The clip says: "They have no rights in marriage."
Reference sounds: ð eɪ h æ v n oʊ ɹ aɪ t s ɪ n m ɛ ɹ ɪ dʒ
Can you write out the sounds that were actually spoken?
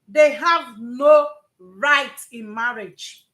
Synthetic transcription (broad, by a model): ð eɪ h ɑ v n oʊ ɹ aɪ t ɪ n m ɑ ɹ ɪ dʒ